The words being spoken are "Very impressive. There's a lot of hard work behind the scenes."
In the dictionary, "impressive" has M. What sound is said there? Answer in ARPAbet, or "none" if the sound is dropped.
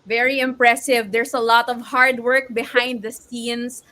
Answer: M